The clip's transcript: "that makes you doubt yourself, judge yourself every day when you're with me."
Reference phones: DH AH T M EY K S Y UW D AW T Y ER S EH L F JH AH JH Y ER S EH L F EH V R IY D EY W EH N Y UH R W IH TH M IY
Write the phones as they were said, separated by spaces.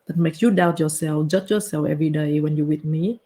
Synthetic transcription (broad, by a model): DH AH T M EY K Y UW D AW T Y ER S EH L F JH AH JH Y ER S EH L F EH V R IY D EY W EH N Y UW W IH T M IY